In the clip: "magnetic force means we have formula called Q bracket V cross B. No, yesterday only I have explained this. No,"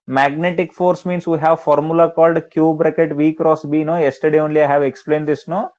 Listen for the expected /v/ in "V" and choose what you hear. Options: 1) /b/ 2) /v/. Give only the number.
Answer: 2